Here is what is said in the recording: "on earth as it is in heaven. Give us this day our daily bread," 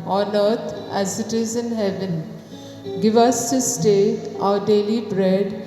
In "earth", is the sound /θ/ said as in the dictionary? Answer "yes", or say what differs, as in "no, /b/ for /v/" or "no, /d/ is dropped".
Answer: no, /t/ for /θ/